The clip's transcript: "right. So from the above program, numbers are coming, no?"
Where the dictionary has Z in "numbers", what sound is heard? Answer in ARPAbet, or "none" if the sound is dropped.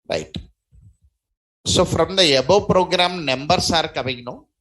S